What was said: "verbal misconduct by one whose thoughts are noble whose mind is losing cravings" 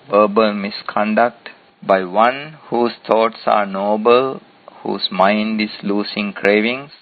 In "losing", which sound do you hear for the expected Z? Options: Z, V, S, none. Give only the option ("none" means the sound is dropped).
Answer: S